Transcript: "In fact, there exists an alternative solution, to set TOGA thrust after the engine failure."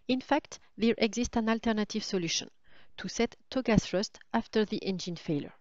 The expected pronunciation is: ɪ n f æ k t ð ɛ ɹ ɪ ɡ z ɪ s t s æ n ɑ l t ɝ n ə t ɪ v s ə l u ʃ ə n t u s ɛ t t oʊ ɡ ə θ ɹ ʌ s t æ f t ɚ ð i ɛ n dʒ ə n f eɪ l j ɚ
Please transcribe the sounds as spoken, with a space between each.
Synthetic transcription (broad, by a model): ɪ n f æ k t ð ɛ ɹ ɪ ɡ z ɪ s t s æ n ɑ l t ɝ n ə t ɪ v s ə l u ʃ ə n t u s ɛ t t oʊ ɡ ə s ɹ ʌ s t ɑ f t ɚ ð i ɛ n dʒ ə n f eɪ l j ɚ